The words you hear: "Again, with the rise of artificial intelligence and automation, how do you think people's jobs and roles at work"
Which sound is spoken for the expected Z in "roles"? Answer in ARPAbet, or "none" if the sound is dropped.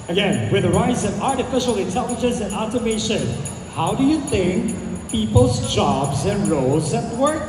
Z